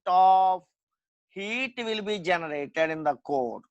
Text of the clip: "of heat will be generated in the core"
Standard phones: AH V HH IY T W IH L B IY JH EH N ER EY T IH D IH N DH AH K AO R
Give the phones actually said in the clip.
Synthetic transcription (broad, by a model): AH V HH IY T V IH L B IY JH EH N ER EY T IH D IH N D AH K AO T